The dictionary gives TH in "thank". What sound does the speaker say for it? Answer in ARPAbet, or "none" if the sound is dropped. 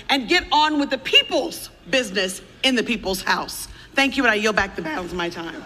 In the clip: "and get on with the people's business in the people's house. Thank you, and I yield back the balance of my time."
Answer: TH